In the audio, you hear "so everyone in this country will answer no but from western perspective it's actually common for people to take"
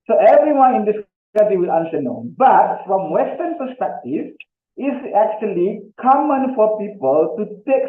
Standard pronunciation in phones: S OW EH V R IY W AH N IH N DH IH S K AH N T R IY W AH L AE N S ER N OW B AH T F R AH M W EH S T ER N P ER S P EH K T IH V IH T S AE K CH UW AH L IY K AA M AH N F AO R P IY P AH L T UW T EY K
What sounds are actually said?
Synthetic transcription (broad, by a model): S OW EH V R IY W AH N IH N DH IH S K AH T IY W AH L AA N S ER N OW B AH T F R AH M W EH S T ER N P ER S P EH K T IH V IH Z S AE K CH UW AH L IY K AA M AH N F AO R P IY P AH L T UW T EY K